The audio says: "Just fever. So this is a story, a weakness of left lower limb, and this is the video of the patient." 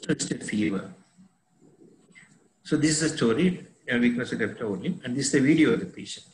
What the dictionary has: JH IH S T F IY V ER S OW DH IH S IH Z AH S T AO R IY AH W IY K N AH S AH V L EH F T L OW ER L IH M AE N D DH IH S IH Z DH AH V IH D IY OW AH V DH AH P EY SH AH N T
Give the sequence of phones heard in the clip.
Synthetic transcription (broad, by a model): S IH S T F IY V ER S OW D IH S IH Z AH S T AO R IY AH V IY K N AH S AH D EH P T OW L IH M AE N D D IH S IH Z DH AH V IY D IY OW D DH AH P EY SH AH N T